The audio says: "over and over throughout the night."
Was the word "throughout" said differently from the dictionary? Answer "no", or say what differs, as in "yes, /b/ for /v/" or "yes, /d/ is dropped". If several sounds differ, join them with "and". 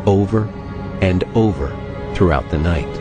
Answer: no